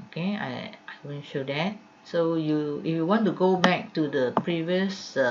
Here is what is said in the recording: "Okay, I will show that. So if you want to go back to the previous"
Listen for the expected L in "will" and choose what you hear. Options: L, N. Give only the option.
N